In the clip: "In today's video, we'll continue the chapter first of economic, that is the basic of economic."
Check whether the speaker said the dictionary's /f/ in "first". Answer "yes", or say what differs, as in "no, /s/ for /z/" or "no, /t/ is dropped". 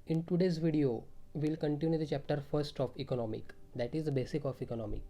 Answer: yes